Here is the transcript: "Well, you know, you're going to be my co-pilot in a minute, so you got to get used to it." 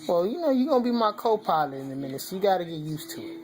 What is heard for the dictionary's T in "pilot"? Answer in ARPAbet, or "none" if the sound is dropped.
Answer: none